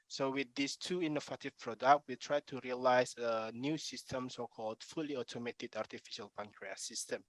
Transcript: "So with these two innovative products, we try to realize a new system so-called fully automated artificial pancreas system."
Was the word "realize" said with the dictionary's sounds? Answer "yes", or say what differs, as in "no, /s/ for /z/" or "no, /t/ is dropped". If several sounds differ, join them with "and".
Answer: no, /s/ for /z/